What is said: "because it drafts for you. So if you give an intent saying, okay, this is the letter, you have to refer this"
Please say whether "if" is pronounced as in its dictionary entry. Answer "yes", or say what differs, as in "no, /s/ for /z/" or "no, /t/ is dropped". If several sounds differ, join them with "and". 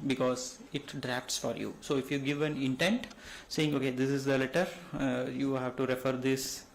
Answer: yes